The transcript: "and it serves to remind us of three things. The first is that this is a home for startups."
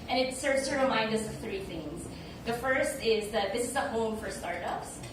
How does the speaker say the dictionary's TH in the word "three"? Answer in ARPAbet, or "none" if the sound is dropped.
TH